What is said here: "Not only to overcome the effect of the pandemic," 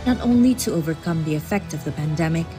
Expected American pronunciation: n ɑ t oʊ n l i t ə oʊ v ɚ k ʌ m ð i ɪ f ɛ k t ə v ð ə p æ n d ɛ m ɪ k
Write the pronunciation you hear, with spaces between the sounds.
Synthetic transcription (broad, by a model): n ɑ t oʊ n l i t ə oʊ v ɚ k ʌ m ð i ɪ f ɛ k t ə v ð ə p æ n d ɛ m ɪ k